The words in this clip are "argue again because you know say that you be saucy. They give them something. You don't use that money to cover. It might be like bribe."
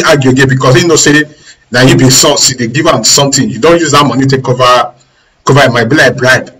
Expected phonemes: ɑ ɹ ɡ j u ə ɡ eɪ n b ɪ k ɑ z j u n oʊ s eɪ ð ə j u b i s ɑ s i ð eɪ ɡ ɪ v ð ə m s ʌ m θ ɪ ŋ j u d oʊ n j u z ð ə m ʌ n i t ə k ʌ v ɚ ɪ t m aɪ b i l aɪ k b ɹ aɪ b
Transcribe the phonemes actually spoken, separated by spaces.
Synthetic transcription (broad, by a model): ɑ ɡ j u ə ɡ eɪ n b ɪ k ɑ s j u n oʊ s eɪ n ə j u b i s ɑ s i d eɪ ɡ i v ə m s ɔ m t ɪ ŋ j u d oʊ n j u z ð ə m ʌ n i t ə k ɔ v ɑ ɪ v m aɪ b i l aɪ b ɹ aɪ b